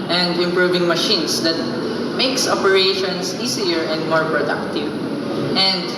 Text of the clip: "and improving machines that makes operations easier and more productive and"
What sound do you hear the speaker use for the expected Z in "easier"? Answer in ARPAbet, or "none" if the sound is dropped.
S